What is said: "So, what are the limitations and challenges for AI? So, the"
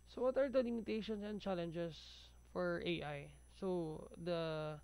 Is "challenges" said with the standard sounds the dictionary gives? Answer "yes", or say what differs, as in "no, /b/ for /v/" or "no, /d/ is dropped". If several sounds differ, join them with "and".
no, /s/ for /z/